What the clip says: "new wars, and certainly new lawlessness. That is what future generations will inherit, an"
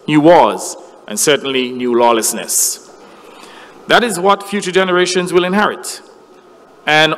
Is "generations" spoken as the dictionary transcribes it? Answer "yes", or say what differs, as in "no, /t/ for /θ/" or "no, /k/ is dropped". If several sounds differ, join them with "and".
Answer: yes